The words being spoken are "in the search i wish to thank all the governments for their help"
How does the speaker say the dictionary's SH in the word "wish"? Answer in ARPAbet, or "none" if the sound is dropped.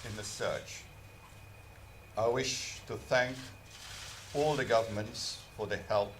SH